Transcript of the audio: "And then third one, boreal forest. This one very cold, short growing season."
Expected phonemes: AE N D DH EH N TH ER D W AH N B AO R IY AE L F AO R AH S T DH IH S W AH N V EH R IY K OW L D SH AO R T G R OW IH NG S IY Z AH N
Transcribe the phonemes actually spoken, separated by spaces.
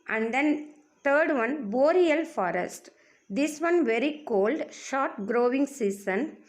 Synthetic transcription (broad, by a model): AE N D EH N T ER D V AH N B AO R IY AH L F AO R AH S T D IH S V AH N V EH R IY K OW L D SH AO R T G R OW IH NG S IY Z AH N